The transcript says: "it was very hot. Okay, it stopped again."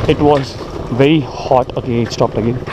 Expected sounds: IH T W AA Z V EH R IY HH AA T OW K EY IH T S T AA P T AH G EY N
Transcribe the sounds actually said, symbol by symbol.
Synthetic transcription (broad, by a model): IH T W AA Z V EH R IY HH AA T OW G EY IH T S T AA P T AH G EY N